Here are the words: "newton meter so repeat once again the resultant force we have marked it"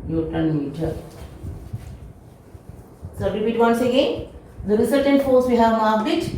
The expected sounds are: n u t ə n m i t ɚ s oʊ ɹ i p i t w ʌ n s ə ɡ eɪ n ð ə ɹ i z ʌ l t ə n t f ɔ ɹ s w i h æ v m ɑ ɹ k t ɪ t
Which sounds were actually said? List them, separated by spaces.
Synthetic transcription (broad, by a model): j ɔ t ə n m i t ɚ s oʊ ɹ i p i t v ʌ n s ə ɡ eɪ n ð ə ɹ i s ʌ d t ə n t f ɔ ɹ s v i h æ v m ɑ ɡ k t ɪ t